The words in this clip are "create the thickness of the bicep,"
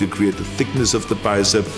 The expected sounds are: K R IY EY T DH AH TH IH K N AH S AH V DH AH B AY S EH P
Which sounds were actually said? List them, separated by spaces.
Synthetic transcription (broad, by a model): K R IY EY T DH AH TH IH K N AH S AH V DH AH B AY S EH